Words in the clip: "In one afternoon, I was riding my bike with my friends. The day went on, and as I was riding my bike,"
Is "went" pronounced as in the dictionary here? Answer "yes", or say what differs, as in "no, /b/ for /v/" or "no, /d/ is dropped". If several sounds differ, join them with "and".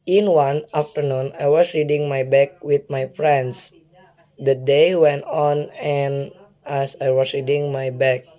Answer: yes